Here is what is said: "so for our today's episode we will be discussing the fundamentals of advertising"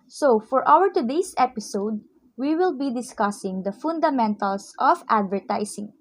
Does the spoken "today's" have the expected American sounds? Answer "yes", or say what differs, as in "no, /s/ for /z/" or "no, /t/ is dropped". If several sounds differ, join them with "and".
no, /s/ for /z/